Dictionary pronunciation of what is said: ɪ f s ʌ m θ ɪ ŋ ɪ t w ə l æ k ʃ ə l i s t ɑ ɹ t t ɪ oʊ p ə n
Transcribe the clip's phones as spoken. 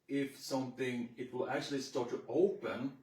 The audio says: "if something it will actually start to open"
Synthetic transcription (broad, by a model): ɪ f s ʌ m θ ɪ ŋ ɪ t w ə l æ k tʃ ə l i s t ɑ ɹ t t ɪ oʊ p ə n